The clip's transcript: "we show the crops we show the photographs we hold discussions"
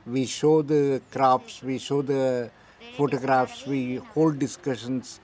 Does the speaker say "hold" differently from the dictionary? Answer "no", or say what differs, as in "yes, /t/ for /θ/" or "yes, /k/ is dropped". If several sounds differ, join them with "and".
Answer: no